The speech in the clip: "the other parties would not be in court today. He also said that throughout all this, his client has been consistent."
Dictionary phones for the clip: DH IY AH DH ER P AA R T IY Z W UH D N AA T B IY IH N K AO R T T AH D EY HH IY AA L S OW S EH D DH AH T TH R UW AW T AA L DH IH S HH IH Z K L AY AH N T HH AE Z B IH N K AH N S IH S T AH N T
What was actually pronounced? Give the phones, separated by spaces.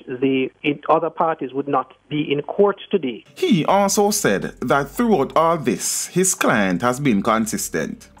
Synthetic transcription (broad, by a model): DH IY AH DH ER P AA R T IY Z W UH D N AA T B IY IH N K AO R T T AH D EY HH IY AA L S OW S EH D DH AH T TH R UW AW T AA L DH IH S HH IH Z K L AY AH N T HH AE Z B IH N K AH N S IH S T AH N T